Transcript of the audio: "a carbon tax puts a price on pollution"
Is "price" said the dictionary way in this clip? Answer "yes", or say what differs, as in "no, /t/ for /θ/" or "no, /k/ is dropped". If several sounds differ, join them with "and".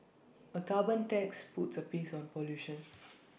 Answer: no, /ɹ/ is dropped